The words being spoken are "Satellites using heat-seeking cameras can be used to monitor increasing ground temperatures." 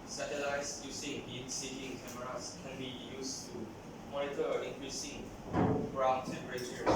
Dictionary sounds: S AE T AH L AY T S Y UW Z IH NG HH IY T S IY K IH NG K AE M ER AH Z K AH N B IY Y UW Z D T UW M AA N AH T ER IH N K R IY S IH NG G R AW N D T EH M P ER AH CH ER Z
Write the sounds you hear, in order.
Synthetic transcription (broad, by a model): S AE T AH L AY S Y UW S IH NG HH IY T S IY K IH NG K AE M ER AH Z K AH N B IY Y UW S T UW M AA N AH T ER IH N K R IY S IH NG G R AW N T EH M P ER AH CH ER